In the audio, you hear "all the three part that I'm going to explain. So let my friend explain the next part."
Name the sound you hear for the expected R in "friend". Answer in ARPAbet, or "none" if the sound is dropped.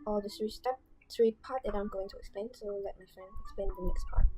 none